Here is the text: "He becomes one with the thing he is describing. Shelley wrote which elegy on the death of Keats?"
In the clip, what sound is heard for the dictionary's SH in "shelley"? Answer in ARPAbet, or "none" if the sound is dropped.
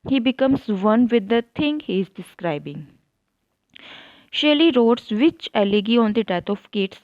SH